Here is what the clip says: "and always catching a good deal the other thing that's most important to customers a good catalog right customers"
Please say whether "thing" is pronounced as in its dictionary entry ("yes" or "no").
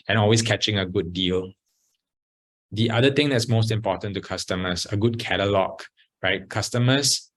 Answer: no